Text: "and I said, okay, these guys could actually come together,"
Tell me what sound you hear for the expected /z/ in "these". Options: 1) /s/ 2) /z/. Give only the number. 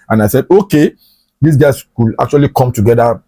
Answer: 1